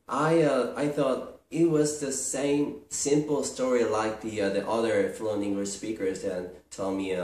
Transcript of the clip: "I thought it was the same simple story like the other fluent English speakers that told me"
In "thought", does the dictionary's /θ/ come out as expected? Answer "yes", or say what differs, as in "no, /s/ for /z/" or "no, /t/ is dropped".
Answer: yes